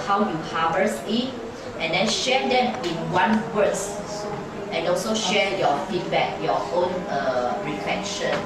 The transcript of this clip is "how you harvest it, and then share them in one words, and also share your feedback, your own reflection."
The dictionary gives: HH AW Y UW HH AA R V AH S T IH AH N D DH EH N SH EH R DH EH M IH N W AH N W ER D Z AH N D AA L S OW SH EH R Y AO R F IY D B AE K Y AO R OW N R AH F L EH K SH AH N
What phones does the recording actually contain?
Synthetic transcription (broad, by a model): HH AW Y UW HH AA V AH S IH AH N D EH N SH EH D EH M IH N W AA N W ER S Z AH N AA L S OW SH EH Y AO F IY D B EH K Y AO OW N R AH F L EH K SH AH N